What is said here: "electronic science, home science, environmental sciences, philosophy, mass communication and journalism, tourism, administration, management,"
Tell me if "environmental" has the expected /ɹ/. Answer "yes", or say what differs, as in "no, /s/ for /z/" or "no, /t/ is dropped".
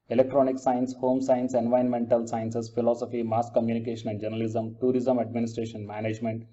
no, /ɹ/ is dropped